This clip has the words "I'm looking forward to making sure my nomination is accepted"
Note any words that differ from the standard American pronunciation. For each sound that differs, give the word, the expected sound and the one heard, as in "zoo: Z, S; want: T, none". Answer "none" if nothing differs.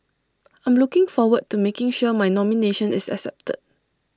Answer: is: Z, S